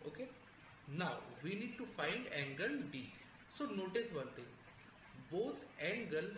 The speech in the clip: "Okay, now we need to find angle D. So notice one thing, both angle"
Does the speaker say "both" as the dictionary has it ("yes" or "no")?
no